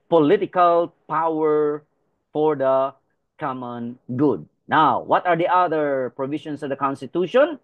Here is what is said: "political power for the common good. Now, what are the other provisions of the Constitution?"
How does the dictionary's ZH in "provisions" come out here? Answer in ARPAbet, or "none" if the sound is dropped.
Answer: SH